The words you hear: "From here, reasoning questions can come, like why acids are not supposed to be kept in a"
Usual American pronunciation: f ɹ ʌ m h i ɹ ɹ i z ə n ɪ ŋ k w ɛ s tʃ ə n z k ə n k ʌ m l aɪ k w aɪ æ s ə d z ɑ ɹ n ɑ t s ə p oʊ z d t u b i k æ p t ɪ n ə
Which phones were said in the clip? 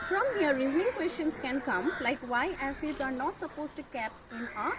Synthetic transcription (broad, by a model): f ɹ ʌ m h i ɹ ɹ i z ə n ɪ ŋ k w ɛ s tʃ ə n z k ə n k ʌ m l aɪ k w aɪ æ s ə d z ɑ ɹ n ɑ t s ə p oʊ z t u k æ p ɪ n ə